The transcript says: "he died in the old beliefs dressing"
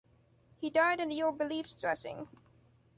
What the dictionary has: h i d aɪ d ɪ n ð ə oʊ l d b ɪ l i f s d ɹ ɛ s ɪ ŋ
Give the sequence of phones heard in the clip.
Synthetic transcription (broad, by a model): h i d aɪ d ɪ n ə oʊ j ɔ b ɪ l i f s d ɹ ɛ s ɪ ŋ